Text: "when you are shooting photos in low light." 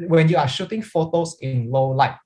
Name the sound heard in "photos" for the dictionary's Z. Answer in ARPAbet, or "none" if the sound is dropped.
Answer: S